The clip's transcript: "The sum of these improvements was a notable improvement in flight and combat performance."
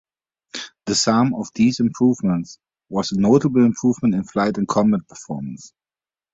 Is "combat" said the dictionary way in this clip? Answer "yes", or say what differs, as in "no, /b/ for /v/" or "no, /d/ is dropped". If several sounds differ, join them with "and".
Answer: no, /b/ is dropped